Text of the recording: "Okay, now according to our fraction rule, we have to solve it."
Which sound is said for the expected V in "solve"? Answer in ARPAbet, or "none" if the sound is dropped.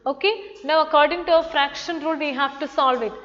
V